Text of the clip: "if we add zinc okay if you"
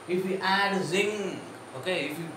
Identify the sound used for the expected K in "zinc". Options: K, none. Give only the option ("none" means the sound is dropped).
none